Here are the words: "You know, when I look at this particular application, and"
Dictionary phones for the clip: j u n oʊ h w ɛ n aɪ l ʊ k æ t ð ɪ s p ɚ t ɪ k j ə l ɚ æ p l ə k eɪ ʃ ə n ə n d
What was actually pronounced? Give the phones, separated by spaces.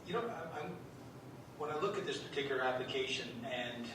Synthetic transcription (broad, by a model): j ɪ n oʊ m w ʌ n aɪ l ʊ k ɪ t ð ɪ s p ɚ t ɪ k j l ɚ æ p l ə k eɪ ʃ ə n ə n